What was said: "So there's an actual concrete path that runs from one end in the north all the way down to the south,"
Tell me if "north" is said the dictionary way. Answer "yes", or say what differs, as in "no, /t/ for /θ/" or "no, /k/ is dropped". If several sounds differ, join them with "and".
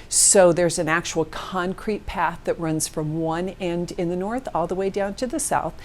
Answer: yes